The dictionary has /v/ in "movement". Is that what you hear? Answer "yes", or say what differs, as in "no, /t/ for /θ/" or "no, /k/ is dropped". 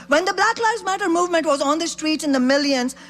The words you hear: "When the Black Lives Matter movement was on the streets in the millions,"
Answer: yes